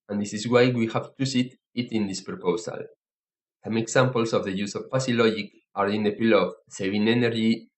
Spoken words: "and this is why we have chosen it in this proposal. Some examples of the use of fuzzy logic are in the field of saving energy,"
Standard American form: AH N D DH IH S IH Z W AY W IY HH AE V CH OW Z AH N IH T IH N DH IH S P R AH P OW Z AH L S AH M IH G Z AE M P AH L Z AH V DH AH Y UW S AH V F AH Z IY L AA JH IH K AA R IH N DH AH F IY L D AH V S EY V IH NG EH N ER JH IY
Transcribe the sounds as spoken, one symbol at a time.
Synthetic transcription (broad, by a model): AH N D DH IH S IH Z W AY W IY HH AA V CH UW S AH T IH T IH N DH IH S P R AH P OW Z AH L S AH M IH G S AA M P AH L S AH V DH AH Y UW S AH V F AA S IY L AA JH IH K AA R IH N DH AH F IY L AH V S EY V IH NG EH N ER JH IY